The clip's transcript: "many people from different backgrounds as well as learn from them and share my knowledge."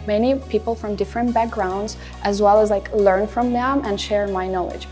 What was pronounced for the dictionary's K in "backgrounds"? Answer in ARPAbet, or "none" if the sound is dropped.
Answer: K